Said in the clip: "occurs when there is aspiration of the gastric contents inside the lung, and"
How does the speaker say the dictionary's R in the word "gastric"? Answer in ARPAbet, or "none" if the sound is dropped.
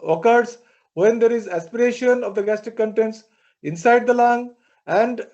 none